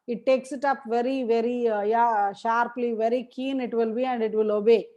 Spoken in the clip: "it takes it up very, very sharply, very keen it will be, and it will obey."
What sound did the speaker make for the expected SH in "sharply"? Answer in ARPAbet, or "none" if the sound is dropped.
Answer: SH